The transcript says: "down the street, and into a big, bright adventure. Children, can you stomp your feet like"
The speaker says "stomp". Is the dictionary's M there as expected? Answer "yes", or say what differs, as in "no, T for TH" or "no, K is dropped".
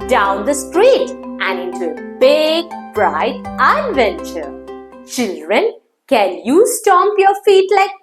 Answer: yes